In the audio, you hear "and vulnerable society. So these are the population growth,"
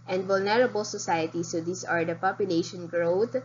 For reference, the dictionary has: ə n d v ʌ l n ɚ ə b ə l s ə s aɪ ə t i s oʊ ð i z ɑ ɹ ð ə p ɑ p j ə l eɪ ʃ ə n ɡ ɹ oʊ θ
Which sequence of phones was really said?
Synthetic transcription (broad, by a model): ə n d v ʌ l n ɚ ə b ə l s ə s aɪ ə t i s oʊ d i s ɑ ɹ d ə p ɑ p j ə l eɪ ʃ ə n ɡ ɹ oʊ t